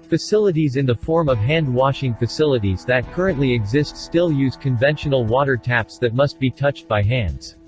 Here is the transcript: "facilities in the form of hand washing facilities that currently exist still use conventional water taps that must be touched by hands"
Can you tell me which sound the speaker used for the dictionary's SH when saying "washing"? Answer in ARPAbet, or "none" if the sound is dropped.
SH